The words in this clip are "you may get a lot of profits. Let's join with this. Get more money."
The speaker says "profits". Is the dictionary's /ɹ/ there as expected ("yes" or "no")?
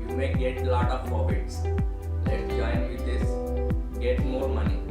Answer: no